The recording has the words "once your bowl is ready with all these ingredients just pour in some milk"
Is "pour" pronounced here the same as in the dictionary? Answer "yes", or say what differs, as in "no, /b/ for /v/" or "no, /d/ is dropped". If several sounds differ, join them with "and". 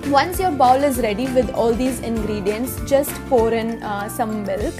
no, /f/ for /p/